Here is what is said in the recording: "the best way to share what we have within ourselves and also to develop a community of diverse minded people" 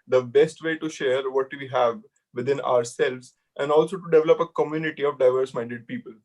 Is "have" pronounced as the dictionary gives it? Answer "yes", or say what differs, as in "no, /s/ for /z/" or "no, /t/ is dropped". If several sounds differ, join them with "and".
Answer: yes